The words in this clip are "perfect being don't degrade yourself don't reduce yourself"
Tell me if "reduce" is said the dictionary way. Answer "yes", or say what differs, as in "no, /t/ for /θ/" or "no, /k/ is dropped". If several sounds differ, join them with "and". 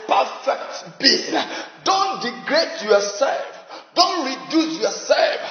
yes